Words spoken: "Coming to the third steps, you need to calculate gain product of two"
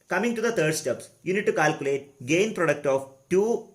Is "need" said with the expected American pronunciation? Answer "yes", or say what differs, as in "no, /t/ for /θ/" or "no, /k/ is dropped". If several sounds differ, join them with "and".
yes